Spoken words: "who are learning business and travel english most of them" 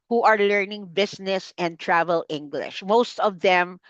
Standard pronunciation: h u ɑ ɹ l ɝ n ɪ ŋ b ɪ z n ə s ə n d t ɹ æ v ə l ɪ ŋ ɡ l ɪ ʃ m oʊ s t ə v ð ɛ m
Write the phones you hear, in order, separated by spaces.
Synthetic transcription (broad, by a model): h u ɑ ɹ l ɝ n ɪ ŋ b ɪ s n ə s ə n d t ɹ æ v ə l ɪ ŋ ɡ l ɪ ʃ m oʊ s t ə v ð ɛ m